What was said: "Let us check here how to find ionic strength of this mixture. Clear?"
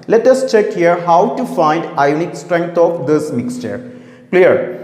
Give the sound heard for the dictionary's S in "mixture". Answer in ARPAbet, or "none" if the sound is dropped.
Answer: S